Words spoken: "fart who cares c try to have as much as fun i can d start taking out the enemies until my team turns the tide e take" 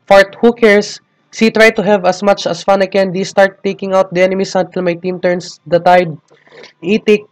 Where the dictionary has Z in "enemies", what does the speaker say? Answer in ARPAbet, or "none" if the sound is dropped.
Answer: S